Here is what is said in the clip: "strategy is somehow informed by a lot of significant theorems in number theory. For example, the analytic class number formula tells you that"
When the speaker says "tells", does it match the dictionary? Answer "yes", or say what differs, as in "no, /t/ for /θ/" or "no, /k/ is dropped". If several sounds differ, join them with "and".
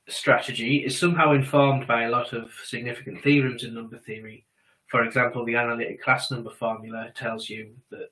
yes